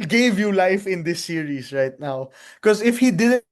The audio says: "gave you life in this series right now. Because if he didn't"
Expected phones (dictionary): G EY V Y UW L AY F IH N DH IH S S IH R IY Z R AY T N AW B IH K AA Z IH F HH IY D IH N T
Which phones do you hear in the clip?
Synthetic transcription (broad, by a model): G EY V Y UW L AY F IH N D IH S S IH R IY S R AY T N AW K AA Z IH F HH IY D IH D